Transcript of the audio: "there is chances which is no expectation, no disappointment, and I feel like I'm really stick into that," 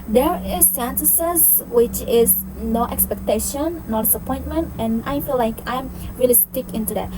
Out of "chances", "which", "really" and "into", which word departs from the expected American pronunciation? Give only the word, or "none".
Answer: chances